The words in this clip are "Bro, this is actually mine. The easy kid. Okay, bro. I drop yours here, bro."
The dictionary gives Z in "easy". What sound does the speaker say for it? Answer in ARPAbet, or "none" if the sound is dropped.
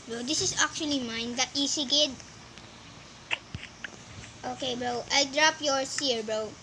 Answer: S